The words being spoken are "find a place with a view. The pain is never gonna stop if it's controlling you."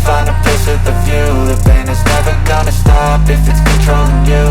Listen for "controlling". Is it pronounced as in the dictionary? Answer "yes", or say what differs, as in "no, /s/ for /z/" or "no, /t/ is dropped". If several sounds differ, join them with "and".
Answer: no, /l/ is dropped